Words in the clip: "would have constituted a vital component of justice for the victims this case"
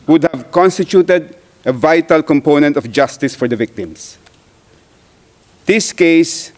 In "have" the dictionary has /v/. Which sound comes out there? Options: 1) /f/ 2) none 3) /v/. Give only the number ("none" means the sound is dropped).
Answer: 3